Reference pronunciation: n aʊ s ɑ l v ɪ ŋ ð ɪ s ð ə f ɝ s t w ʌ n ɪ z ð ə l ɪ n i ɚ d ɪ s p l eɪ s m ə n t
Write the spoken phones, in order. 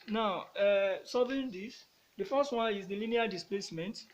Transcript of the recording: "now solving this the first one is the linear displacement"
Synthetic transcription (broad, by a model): n aʊ s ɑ v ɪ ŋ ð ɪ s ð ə f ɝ s t w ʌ n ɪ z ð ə l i n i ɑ d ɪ s p l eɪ s m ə n t